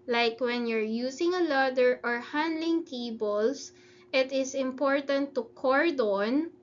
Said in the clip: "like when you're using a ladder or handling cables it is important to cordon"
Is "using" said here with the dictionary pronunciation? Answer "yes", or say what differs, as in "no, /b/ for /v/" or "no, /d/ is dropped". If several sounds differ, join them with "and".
no, /s/ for /z/